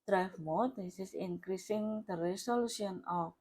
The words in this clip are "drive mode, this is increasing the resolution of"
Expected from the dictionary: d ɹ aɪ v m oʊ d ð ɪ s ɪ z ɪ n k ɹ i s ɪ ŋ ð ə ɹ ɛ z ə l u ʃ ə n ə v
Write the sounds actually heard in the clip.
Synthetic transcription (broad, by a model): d ɹ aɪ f m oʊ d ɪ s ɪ s ɪ n k ɹ i s ɪ ŋ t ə ɹ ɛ s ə l u s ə n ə